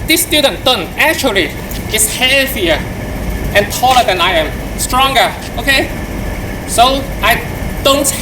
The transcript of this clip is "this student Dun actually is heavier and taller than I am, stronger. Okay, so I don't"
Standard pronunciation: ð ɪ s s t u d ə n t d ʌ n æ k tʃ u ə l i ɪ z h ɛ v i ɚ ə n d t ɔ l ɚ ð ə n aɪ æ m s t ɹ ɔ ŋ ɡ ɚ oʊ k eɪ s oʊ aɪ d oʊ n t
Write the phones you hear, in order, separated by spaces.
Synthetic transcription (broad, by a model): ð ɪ s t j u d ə n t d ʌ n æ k tʃ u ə l i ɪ s h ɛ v i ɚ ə n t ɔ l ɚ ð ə n aɪ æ m s t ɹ ɔ ŋ ɡ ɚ oʊ k eɪ s oʊ aɪ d oʊ n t